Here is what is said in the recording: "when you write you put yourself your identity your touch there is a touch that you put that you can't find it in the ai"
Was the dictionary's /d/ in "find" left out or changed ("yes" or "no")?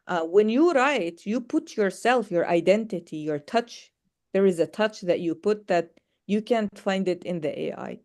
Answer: no